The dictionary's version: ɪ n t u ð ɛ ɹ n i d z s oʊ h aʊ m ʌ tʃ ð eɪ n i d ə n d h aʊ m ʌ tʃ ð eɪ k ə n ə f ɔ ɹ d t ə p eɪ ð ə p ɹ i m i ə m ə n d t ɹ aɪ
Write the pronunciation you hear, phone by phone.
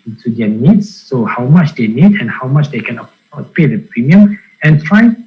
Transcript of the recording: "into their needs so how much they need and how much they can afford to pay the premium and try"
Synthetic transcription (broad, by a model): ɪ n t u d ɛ n i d s oʊ h aʊ m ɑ tʃ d eɪ n i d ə n h aʊ m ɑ tʃ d eɪ k ə n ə ɔ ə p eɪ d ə p ɹ i m i ə m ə n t ɹ aɪ